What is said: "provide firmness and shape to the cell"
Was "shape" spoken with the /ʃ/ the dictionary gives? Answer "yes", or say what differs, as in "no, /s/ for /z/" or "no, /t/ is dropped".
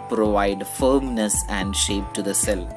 yes